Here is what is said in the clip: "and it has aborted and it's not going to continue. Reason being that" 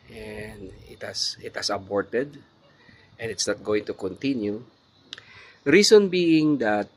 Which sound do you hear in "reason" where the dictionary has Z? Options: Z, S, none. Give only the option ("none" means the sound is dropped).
S